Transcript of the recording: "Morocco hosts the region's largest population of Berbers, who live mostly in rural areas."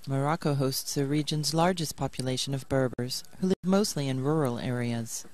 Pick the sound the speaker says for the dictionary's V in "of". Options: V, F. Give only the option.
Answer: V